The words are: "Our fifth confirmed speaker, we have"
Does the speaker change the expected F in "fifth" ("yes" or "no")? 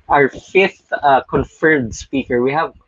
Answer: no